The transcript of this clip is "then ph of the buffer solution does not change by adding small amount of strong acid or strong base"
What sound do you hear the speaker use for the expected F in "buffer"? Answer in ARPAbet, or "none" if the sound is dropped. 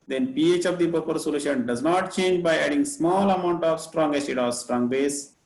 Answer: P